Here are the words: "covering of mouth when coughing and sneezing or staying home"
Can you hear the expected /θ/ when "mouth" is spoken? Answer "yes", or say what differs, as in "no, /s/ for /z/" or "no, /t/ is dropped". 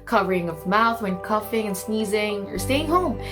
yes